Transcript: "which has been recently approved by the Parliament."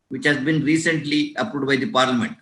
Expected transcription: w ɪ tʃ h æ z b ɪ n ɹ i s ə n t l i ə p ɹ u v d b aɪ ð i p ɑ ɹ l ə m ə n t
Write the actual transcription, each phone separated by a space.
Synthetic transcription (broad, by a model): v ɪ tʃ h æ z b ɪ n ɹ i s ə n t l i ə p ɹ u d b aɪ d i p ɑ ɹ l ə m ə n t